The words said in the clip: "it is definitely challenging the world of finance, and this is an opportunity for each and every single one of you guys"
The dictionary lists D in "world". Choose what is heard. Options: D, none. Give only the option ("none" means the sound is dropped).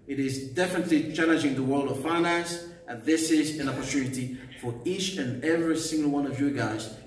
D